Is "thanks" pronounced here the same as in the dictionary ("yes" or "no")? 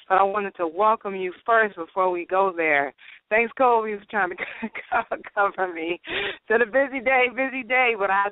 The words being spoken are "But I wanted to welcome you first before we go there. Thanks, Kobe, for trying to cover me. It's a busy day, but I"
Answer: yes